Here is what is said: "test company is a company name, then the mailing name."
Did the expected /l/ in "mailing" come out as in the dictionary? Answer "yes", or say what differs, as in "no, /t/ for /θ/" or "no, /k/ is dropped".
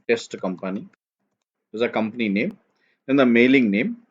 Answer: yes